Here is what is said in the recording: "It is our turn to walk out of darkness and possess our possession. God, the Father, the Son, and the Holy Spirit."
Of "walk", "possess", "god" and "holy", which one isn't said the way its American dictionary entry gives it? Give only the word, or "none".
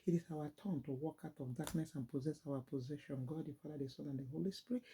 none